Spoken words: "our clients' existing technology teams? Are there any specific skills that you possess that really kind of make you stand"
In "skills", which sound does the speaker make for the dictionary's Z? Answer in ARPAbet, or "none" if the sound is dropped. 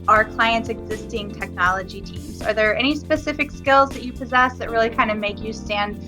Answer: Z